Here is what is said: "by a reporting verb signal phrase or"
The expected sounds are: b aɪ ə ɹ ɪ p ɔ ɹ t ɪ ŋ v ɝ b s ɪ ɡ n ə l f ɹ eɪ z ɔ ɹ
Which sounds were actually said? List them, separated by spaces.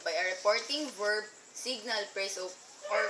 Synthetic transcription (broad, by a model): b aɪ ə ɹ ɪ p ɔ ɹ t ɪ ŋ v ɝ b s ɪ ɡ n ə l p ɹ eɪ s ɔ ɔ